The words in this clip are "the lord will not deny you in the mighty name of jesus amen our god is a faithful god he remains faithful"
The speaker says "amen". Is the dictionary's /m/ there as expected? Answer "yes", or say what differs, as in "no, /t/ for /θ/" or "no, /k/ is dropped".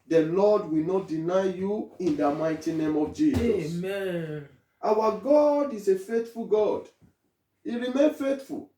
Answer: no, /m/ is dropped